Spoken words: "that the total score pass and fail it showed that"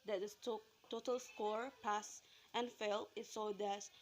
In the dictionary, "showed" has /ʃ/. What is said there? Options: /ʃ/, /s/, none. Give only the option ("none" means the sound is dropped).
/s/